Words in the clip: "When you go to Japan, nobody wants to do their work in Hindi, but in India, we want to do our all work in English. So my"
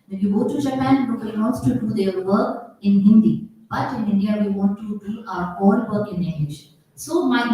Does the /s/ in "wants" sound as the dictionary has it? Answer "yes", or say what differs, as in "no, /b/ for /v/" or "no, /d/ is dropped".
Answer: no, /s/ is dropped